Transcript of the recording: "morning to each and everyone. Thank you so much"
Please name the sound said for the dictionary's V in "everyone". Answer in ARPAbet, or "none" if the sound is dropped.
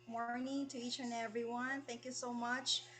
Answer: V